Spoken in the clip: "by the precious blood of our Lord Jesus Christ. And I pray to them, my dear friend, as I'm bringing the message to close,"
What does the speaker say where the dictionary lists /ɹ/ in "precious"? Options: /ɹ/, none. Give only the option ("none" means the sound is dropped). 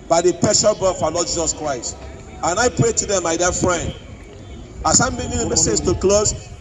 none